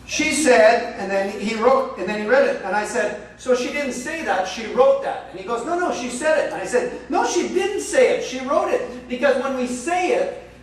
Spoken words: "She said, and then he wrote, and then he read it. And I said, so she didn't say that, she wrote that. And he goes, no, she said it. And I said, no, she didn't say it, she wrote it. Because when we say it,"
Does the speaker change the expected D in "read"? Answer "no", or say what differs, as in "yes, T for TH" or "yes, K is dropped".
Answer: no